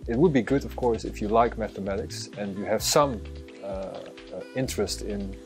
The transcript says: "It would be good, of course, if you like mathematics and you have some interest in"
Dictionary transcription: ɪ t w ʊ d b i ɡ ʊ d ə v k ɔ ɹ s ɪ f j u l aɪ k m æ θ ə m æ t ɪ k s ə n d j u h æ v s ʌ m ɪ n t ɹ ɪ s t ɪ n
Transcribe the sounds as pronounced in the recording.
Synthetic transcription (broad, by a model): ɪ t w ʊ d b i ɡ ʊ d ə v k ɔ ɹ s ɪ f j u l aɪ k m æ θ ə m æ t ɪ k s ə n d j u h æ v s ʌ m ɪ n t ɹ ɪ s t ɪ n